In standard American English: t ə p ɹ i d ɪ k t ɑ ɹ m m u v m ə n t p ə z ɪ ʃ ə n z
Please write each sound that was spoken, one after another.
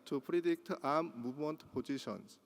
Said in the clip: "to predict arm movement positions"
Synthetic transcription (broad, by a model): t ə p ɹ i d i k t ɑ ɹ m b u m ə n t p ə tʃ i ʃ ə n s